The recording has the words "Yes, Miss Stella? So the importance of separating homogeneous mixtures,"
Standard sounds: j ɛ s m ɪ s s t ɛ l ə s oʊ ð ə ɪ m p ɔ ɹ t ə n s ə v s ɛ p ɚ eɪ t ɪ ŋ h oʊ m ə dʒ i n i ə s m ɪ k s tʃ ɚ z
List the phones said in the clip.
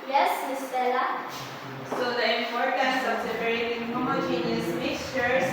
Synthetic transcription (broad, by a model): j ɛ s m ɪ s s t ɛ l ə s oʊ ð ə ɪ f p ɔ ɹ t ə s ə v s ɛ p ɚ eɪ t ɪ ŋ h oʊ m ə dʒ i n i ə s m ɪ k s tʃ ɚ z